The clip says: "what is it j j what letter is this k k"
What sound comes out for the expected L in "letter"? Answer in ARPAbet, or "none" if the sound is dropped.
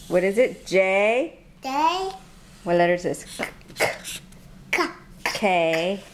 L